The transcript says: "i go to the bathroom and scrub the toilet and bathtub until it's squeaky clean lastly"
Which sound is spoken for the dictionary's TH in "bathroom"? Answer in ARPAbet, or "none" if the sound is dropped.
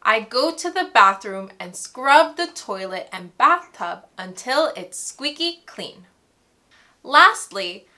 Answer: TH